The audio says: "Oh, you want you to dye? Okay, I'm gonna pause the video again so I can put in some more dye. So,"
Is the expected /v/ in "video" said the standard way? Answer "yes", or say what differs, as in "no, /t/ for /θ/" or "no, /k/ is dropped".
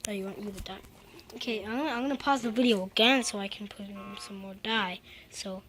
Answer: yes